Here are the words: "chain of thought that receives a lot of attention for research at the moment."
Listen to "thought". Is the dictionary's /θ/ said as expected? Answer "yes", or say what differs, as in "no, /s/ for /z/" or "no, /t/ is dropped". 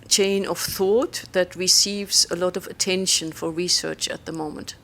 yes